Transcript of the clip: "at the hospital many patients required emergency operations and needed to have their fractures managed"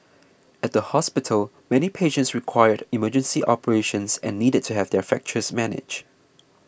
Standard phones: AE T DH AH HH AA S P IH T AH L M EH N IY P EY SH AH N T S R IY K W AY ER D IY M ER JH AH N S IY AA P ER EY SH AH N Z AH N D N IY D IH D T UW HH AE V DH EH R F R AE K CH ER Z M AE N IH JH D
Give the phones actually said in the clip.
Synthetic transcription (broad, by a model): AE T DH AH HH AA S P IH T AH L M EH N IY P EY SH AH N T S R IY K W AY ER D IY M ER JH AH N S IY AA P ER EY SH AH N S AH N N IY D IH D T UW HH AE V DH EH R F AE K CH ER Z M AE N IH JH